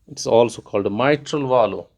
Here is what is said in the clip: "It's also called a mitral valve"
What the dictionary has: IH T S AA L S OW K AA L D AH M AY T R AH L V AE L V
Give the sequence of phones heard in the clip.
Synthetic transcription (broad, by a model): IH T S AA L S OW K AA L D M AY T R AH L V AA L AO